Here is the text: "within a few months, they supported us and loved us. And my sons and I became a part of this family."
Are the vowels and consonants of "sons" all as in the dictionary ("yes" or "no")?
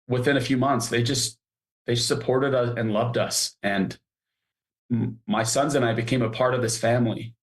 yes